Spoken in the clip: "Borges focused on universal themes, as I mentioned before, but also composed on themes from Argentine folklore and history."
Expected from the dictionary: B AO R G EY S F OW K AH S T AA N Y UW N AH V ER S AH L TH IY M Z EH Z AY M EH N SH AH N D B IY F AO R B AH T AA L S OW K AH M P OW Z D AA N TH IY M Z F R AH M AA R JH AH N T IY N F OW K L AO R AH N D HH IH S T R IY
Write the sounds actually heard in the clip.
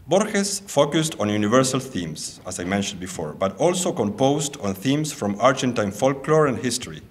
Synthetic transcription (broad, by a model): B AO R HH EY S F OW K AH S T AA N Y UW N AH V ER S AH L TH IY M S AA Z AY M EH N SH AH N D B IY F AO R B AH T AA L S OW K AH M P OW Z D AA N TH IY M S F R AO M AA R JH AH N T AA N F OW K L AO R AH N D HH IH S T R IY